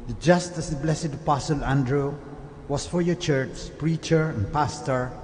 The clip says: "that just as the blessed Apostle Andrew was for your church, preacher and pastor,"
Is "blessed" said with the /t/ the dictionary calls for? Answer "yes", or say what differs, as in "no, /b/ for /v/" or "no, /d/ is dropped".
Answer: no, /t/ is dropped